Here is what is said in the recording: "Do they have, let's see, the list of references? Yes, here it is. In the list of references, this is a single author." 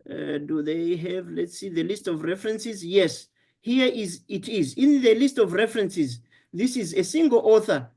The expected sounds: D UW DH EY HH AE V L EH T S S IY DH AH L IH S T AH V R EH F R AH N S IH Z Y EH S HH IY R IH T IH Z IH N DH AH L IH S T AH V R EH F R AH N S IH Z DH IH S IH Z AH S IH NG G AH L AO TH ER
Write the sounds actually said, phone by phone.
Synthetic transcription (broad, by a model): D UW DH EY HH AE V L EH T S S IY DH AH L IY S T AH V R EH F R AH N S IH Z Y EH S HH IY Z IH T IH Z IH N DH AH L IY S T AH V R EH F R AH N S IH Z DH IH S IH Z AH S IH NG G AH L AO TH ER